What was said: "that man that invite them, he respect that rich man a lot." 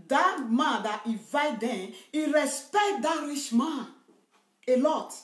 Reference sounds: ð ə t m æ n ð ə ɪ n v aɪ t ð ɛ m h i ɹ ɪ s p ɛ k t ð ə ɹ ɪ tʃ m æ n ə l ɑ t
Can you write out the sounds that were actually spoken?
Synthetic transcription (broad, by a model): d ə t m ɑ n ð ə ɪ v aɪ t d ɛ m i ɹ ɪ s p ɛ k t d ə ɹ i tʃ m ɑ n ə l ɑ t